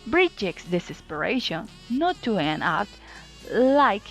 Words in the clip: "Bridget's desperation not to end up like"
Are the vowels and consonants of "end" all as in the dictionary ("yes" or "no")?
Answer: no